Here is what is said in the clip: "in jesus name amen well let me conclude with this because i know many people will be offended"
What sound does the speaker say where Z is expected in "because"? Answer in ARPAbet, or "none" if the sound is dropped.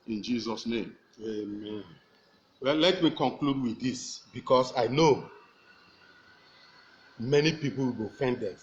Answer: S